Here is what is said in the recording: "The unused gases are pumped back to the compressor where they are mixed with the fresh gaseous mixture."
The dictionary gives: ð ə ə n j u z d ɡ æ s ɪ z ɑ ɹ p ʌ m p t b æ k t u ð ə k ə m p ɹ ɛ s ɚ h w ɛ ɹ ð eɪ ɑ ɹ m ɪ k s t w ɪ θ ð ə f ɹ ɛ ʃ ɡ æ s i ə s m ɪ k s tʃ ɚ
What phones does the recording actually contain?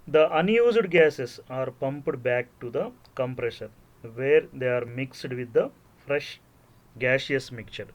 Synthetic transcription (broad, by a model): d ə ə n j u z d ɡ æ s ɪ s ɑ ɹ p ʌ m p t b æ k t u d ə k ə m p ɹ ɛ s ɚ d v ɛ ɹ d eɪ ɑ ɹ m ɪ k s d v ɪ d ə f ɹ ɛ ʃ ɡ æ ʃ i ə s m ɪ k tʃ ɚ